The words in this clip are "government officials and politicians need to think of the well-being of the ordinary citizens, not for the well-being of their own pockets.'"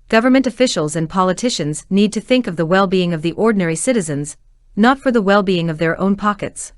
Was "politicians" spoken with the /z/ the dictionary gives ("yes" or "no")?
yes